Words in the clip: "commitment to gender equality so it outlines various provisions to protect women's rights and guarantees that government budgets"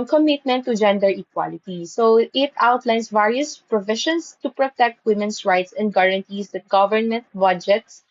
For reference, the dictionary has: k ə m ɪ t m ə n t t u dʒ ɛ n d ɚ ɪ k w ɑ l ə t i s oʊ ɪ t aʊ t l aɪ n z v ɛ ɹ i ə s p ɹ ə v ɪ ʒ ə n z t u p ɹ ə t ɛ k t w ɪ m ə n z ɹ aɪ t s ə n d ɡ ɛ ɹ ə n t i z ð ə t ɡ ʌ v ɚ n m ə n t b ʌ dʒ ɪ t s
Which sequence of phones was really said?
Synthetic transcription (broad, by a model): k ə m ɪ t m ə n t t u dʒ ɛ n d ɚ ɪ k w ɑ l ə t i s oʊ ɪ t aʊ t l aɪ n s v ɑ ɹ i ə s p ɹ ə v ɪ ʃ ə n s t u p ɹ ə t ɛ k t w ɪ m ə n s ɹ aɪ t s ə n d ɡ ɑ ɹ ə n t i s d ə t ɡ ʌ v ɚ n m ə n t b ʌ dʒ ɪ t s